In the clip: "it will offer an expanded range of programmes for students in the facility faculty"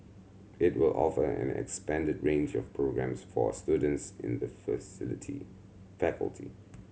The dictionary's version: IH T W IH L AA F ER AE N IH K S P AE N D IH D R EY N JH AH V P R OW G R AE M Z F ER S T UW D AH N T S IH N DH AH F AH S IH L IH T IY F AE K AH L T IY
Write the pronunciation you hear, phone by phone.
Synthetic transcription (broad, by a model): IH T W IH L AA F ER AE N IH K S P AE N D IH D R EY N JH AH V P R OW G R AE M S F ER S T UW D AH N T S IH N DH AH F AH S IH L IH T IY F AE K AH L T IY